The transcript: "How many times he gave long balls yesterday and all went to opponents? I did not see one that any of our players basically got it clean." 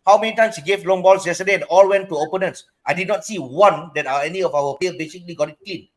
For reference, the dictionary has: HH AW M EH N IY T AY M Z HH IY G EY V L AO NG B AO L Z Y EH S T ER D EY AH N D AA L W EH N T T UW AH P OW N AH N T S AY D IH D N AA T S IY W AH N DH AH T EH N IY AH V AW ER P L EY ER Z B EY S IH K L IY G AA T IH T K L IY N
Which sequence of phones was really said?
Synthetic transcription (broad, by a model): HH AW M EH N IY T AY M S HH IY G EY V L AO NG B AO L S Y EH S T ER D EY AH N AA L W EH N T T UW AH P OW N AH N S AY D IH D N AA T S IY W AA N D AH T EH N IY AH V AW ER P EY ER B EY S IH K L IY G AA T IH T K L IY N